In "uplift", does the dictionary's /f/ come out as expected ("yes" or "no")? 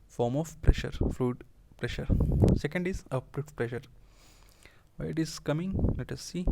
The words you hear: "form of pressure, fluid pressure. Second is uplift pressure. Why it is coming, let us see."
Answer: no